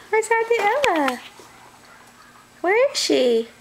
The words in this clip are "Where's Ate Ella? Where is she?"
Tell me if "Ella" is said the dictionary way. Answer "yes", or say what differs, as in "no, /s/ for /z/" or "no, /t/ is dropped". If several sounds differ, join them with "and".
no, /l/ is dropped